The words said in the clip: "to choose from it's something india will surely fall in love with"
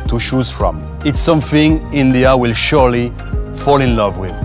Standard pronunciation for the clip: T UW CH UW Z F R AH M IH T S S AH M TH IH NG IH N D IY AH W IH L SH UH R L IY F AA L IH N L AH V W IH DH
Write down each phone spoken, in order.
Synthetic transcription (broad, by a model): T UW SH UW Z F R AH M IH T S S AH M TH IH NG IH N D IY AH W IH L SH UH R L IY F AA L IH N L AH V W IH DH